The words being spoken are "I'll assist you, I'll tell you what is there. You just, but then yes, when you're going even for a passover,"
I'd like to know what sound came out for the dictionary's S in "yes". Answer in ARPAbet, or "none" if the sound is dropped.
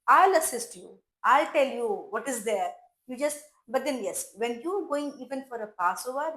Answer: S